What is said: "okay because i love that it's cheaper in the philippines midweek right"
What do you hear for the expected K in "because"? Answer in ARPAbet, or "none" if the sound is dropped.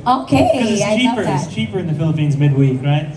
none